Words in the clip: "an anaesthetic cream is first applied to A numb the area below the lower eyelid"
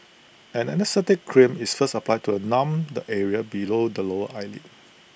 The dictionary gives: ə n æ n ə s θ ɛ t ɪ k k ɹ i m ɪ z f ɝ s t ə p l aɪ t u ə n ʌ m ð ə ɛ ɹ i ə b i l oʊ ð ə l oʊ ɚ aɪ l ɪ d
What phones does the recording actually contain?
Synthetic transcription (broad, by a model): ə n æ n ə s t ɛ t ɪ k k ɹ i m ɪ s f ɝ s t ə p l aɪ t u ə n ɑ m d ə ɛ ɹ i ə b i l oʊ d ə l oʊ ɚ aɪ l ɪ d